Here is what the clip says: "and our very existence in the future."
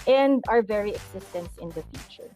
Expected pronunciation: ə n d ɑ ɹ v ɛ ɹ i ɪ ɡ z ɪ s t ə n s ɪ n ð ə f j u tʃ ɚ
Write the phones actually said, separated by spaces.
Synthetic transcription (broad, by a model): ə n d ɑ ɹ v ɛ ɹ i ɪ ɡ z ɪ s t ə n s ɪ n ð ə f j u tʃ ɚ